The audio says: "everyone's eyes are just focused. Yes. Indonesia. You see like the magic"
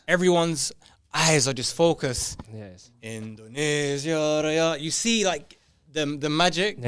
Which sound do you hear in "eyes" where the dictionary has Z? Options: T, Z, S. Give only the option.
Z